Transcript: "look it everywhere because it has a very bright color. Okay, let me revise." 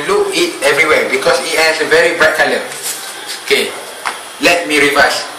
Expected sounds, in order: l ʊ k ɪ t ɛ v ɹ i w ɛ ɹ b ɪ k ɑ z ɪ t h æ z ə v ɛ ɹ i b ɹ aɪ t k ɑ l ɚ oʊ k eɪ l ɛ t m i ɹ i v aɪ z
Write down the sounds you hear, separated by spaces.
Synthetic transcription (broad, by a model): l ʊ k ɪ t ɛ v ɹ i w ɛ b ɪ k ɑ s ɪ t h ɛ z ə v ɛ ɹ i b ɹ aɪ t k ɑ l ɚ oʊ k eɪ l ɛ t m i ɹ i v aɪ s